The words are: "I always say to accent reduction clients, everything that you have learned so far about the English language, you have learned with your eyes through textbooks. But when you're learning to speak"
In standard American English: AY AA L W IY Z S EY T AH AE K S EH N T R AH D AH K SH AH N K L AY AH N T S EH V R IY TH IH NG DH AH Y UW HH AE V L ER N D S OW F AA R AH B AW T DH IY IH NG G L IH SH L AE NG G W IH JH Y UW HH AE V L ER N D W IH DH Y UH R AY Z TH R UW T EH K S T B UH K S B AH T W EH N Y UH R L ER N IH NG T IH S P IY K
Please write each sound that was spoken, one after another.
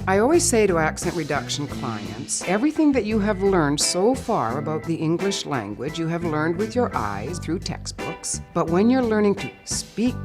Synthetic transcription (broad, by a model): AY AA L W IY Z S EY T AH AE K S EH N T R AH D AH K SH AH N K L AY AH N T S EH V R IY TH IH NG DH AH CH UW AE V L ER N D S OW F AA R AH B AW T DH IY IH NG G L IH SH L AE NG G W IH JH Y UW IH V L ER N D W IH DH Y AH R AY Z TH R UW T EH K S T B UH K S B AH T W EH N Y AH R L ER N IH NG T IH S P IY K